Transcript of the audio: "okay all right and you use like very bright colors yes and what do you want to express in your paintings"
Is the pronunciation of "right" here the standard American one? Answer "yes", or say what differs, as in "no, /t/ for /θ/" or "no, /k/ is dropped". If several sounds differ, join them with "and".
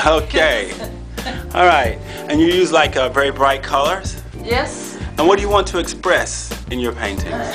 yes